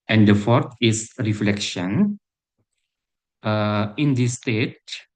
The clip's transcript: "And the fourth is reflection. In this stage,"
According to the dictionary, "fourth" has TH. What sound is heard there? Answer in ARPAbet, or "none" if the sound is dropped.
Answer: T